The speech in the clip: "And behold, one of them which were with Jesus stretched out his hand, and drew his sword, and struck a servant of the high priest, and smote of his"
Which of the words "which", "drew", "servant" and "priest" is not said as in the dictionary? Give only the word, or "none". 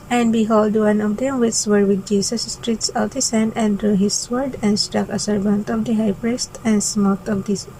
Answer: which